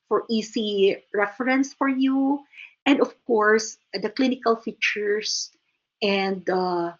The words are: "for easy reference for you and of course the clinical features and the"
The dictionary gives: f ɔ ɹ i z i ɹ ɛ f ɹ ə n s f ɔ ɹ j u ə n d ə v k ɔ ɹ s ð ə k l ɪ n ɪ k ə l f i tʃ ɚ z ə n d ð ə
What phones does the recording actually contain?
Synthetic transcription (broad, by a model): f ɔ ɹ i s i ɹ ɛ f ɹ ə n s f ɔ ɹ j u ə n d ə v k ɔ ɹ s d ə k l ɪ n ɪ k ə l f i tʃ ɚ s ə n d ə